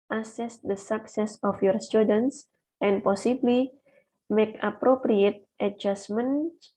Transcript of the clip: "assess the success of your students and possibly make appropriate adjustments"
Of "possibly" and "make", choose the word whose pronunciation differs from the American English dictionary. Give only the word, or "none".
none